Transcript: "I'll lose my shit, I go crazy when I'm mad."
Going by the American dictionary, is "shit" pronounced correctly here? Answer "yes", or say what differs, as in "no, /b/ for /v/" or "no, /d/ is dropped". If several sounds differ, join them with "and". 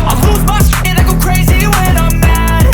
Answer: no, /s/ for /ʃ/